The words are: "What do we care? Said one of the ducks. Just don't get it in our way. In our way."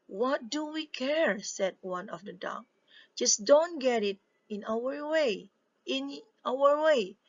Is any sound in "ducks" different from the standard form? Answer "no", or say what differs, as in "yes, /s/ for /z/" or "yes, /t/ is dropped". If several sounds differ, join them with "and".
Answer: yes, /s/ is dropped